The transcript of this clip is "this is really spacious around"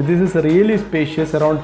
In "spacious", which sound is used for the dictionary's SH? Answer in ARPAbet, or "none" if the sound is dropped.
SH